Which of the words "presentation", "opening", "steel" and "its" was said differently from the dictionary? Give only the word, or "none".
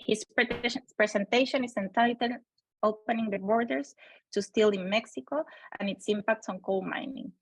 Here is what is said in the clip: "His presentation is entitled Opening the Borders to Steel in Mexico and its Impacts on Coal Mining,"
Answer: presentation